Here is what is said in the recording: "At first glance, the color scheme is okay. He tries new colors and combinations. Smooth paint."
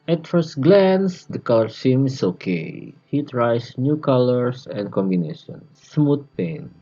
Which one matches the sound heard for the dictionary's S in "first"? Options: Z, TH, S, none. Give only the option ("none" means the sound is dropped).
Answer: S